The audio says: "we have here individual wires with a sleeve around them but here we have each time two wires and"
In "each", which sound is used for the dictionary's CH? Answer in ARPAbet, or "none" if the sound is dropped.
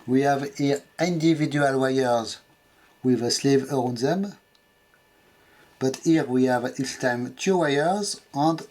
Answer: S